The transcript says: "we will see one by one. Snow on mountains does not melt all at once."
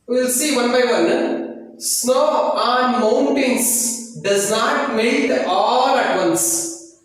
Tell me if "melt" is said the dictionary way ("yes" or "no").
no